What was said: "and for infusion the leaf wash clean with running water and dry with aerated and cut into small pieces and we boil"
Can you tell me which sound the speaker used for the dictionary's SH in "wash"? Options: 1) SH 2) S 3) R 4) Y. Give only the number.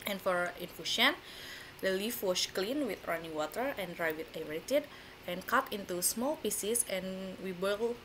2